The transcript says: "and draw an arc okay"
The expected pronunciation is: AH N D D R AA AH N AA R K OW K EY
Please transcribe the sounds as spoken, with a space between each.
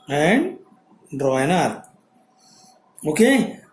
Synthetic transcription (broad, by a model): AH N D D R AA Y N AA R OW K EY